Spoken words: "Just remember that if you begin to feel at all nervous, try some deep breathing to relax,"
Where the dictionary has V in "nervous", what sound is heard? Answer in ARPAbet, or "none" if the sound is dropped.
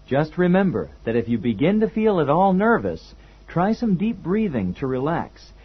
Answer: V